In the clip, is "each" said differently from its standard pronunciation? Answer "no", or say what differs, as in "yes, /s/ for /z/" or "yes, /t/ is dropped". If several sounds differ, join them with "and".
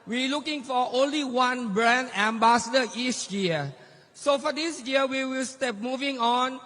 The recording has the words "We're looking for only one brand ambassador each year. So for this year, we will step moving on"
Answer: yes, /s/ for /tʃ/